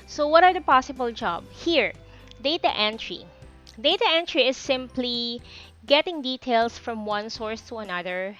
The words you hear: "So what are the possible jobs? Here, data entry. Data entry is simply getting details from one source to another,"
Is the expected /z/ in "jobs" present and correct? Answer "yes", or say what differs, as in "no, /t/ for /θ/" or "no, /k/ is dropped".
no, /z/ is dropped